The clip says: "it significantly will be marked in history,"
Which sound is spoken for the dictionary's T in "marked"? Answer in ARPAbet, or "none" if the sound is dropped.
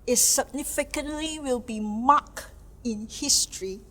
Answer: none